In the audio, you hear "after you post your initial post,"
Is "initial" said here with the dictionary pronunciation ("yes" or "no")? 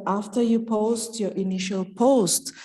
yes